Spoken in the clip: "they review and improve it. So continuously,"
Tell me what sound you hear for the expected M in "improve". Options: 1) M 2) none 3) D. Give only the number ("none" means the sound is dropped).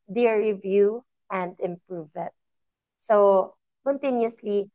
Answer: 1